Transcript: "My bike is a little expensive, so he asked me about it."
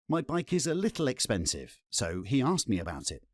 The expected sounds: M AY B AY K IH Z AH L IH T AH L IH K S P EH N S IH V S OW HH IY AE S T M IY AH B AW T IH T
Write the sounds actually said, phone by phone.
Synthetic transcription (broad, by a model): M AY B AY K IH Z AH L IH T L IH K S P EH N S IH V S OW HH IY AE S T M IY AH B AW T IH T